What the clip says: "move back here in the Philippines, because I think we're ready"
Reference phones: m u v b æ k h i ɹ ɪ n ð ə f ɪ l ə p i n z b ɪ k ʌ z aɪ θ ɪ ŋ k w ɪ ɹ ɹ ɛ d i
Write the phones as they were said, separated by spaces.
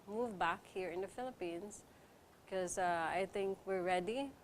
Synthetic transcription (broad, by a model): m u v b æ k h i ɹ ɪ n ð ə f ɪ l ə p i n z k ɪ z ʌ aɪ θ ɪ ŋ k w ɪ ɹ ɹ ɛ d i